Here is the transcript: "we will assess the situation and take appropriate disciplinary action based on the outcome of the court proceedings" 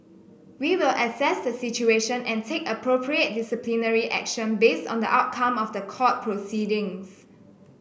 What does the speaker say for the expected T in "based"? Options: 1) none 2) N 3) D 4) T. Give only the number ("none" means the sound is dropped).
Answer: 4